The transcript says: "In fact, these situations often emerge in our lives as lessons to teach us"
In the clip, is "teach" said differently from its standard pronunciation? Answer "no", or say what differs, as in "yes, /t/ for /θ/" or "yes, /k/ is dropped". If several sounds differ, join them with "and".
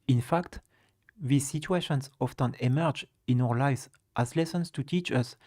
no